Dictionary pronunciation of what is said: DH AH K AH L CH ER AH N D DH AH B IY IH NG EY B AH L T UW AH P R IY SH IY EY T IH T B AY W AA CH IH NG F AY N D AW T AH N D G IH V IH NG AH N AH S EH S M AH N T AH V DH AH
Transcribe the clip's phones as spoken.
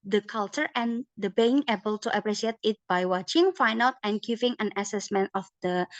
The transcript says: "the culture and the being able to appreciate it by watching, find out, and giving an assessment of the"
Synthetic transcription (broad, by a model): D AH K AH L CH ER AH N D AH B IY IH NG EY B AH L T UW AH P R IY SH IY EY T IH T B AY W AA CH IH NG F AY N AW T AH N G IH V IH NG AH N AH S EH S M AH N T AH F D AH